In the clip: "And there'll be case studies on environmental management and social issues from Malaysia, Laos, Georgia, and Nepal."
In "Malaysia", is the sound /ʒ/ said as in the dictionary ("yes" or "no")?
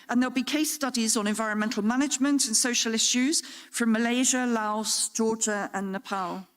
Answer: yes